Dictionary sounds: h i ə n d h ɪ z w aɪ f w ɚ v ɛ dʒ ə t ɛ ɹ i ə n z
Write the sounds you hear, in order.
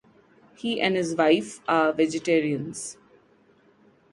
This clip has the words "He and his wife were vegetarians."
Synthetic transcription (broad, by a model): h i ə n d h ɪ z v aɪ f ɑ v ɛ dʒ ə t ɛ ɹ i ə n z